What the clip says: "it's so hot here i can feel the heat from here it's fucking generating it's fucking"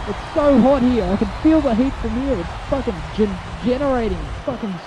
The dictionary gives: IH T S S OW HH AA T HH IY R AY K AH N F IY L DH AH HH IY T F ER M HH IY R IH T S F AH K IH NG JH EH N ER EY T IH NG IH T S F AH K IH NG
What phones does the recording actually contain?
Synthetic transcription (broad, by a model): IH T S S OW HH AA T HH IY R AY K AH N F IY L DH AH HH IY T F ER M HH IY R IH T S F AH K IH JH JH EH N ER EY T IH NG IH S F AH K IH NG